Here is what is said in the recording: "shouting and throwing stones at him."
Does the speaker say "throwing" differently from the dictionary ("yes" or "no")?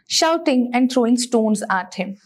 yes